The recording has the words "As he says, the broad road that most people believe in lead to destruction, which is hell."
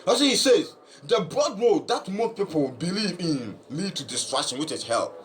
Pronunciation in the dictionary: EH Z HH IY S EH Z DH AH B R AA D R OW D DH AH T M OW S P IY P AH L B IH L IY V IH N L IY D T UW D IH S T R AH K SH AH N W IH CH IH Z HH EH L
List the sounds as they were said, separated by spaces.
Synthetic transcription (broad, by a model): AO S HH IY S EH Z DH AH B R AA D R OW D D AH T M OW P IY P AH L B IH L IY V IH N L IY D T UW D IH S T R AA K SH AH N W IH CH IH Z HH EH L